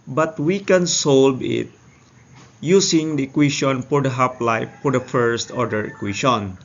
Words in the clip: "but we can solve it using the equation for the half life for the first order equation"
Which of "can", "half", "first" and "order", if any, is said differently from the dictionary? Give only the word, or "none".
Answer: half